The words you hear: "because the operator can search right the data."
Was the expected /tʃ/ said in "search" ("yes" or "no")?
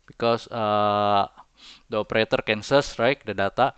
no